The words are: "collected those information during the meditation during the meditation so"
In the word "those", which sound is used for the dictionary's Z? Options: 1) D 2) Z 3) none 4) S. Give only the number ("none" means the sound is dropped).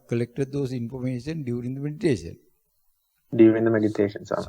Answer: 4